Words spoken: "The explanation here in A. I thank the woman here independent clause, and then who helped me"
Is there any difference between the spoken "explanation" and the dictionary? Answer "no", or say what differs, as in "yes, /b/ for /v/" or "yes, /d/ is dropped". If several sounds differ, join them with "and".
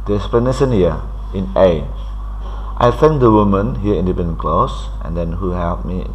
yes, /k/ is dropped